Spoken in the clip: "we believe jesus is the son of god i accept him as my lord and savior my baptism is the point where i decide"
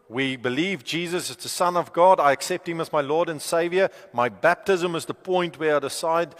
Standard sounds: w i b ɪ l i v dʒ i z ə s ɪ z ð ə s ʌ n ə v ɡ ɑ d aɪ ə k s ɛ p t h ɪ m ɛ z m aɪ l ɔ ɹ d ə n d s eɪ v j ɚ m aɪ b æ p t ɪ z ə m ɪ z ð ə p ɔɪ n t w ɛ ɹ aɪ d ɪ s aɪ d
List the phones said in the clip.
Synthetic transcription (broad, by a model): w i b ɪ l i v dʒ i z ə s ɪ z ð ə s ʌ n ə v ɡ ɑ d aɪ ə k s ɛ p t h ɪ m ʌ z m aɪ l ɔ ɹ d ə n s eɪ v j ɚ m aɪ b æ p t ɪ z ə m ɪ z ð ə p ɔɪ n t w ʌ ɹ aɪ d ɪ s aɪ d